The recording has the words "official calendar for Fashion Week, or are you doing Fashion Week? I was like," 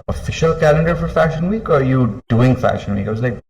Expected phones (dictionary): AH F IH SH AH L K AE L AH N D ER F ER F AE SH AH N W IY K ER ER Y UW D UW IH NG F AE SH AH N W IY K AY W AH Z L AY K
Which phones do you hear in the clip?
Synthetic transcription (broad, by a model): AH F IH SH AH L K AE L AH N D ER F ER F AE SH AH N W IY K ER ER Y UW D UW IH NG F AE SH AH N W IY K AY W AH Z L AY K